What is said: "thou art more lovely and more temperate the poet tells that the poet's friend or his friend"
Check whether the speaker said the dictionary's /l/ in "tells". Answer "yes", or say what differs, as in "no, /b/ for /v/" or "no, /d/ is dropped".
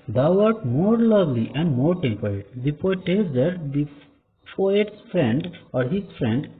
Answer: no, /l/ is dropped